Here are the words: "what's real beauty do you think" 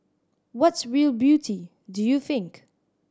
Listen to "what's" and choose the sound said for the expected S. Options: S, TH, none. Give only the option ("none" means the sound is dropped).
S